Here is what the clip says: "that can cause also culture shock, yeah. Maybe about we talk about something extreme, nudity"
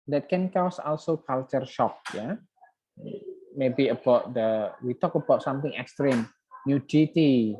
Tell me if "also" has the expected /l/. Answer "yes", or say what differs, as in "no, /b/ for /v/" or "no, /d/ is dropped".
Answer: yes